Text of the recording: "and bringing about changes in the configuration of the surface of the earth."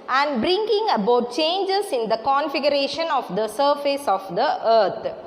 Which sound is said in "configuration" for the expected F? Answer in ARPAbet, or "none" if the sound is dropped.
F